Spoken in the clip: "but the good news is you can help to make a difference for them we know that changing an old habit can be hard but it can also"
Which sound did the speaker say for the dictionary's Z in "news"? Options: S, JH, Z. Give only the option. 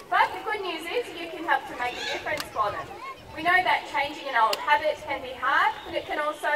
Z